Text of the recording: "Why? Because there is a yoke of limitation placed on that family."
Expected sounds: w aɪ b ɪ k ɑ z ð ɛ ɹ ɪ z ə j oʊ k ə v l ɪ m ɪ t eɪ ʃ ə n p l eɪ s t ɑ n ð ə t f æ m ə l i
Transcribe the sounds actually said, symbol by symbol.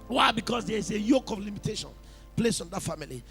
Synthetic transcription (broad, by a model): w aɪ b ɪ k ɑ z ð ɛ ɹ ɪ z ə j oʊ k ə v l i m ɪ t eɪ ʃ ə n p l eɪ s ɑ n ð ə t f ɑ m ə l i